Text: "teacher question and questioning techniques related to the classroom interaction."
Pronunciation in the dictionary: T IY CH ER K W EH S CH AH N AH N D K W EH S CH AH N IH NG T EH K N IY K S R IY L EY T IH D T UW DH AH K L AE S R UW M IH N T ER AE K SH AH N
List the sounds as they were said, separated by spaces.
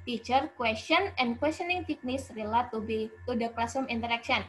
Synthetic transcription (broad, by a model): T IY CH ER K W EH S CH AH N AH N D K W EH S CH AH N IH NG T EH K N IY K S R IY L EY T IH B T UW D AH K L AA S UW M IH N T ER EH K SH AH N